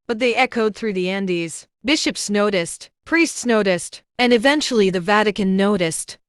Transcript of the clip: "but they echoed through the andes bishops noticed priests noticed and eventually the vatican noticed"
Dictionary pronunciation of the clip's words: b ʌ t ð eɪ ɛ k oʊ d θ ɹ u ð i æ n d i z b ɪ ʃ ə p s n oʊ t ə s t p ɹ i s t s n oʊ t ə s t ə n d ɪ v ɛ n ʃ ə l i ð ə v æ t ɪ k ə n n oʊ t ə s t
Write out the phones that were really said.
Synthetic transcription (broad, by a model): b ʌ t ð eɪ ɛ k oʊ d θ ɹ u ð i æ n d i z b ɪ ʃ ə p s n oʊ t ə s t p ɹ i s t s n oʊ t ə s t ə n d ɪ v ɛ n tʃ l i ð ə v æ t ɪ k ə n n oʊ t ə s t